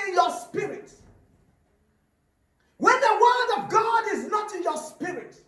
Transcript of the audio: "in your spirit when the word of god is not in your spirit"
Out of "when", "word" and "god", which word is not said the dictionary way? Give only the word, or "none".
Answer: none